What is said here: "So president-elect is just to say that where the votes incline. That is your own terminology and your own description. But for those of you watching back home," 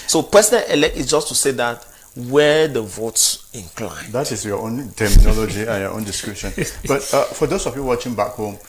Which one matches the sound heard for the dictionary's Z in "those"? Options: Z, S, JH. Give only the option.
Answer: S